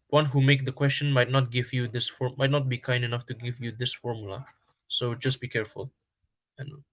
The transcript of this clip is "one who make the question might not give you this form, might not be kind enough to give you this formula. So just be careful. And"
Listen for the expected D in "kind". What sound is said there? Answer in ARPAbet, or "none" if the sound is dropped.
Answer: D